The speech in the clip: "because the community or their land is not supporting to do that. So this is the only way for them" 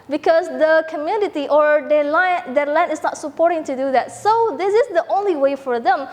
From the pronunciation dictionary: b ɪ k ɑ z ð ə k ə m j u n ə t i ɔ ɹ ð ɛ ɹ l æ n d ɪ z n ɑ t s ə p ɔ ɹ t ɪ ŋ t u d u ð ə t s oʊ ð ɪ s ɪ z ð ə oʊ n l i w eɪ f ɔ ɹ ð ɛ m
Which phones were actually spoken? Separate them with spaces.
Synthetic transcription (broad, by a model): b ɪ k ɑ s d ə k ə m j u n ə t i ɔ ɹ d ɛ l l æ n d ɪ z n ɑ t s ə p ɔ ɹ t ɪ ŋ t u d u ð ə t s oʊ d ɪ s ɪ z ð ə oʊ n l i w eɪ f ɔ ɹ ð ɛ m